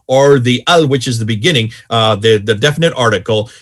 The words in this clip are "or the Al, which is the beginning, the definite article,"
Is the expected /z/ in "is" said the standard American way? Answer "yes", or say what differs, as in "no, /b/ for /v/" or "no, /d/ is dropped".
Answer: yes